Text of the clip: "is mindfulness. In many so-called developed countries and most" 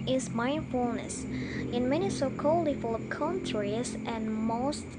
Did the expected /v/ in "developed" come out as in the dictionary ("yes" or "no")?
no